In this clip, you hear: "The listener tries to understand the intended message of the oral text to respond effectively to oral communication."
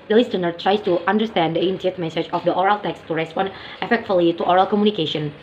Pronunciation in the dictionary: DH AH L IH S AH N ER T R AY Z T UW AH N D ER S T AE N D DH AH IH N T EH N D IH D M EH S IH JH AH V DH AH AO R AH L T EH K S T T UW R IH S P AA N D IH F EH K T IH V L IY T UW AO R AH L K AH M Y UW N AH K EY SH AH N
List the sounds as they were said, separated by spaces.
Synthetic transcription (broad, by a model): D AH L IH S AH N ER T R AY S T UW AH N D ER S T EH N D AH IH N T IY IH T M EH S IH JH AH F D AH AO R AH L T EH K S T T UW R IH S P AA N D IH F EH K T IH L IY T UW AO R AH L K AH M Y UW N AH K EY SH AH N